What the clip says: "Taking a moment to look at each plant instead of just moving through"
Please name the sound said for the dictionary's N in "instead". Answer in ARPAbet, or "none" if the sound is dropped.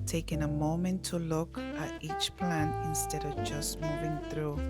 N